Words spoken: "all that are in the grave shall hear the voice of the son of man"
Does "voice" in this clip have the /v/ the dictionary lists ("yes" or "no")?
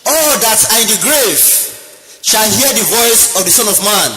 yes